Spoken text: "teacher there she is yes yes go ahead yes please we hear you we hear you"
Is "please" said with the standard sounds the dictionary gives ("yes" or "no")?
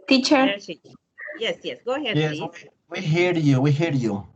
no